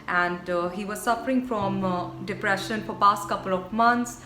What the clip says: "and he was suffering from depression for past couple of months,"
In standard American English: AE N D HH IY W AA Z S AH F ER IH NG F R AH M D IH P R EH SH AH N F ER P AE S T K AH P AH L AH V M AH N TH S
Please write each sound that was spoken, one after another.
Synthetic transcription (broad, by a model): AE N D HH IY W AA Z S AH F ER IH NG F R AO M D IH P R EH SH AH N F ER P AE S T K AH P AH L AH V M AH N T S